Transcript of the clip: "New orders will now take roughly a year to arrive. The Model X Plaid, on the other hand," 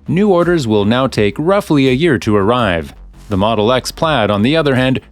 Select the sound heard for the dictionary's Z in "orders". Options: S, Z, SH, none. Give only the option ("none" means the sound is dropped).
Z